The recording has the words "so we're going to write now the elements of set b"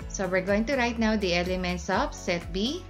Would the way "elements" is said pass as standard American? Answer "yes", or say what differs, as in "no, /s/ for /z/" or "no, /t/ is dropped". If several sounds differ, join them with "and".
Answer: yes